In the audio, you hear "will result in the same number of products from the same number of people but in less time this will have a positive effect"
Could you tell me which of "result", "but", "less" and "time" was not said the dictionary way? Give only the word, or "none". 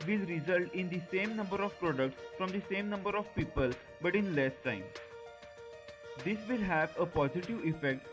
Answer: none